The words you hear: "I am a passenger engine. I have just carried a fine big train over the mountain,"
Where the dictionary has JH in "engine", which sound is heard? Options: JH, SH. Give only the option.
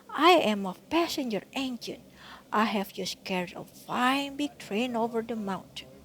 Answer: SH